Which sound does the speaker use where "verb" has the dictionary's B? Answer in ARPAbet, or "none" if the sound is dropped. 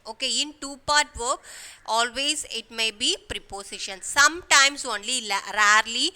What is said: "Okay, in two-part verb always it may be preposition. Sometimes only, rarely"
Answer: none